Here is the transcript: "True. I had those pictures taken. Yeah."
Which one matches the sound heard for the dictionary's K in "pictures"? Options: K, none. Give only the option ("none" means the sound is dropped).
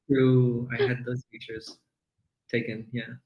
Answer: none